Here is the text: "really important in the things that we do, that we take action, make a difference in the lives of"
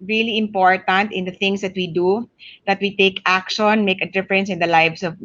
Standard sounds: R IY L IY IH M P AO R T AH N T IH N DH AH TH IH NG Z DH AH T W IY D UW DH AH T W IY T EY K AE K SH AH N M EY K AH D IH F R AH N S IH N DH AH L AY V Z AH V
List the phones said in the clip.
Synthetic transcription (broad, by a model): R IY L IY IH M P AO R T AH N T IH N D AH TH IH NG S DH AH T W IY D UW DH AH T W IY T EY K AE K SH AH N M EY K AH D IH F R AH N S IH N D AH L AY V S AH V